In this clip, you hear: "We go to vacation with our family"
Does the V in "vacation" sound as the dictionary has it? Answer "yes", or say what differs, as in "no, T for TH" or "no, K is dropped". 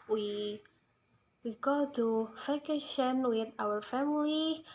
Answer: no, F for V